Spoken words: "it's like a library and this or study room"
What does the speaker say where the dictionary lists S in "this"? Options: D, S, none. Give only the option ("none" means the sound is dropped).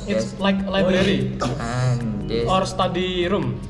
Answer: none